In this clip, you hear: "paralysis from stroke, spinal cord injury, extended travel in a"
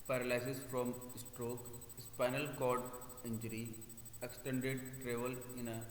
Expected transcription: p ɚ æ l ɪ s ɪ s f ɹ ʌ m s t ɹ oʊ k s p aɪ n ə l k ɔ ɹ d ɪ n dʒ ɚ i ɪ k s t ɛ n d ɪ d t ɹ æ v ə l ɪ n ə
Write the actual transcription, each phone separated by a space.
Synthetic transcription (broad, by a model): p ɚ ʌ l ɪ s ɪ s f ɹ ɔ m s t ɹ oʊ k s p aɪ n ə l k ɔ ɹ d ɪ n dʒ ɚ i ɪ k s t ɛ n d ɪ d t ɹ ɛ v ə l ɪ n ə